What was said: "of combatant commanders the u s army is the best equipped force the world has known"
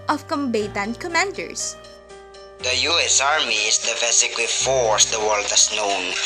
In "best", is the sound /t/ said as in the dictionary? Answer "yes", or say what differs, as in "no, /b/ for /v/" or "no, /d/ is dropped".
no, /t/ is dropped